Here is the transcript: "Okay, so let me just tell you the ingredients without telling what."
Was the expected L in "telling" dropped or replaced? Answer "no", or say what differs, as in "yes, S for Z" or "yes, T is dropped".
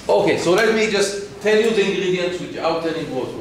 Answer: yes, N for L